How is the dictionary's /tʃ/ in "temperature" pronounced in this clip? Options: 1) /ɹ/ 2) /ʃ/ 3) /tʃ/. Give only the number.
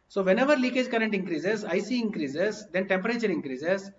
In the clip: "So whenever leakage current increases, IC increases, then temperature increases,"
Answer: 3